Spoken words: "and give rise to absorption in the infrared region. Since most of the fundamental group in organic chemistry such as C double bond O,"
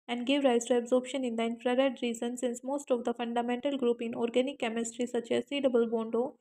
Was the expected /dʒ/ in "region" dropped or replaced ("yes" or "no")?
yes